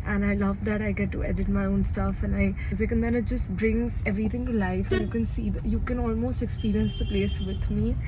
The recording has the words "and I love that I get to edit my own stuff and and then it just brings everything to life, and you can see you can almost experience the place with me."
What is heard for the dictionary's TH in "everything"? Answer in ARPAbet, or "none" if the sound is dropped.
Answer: T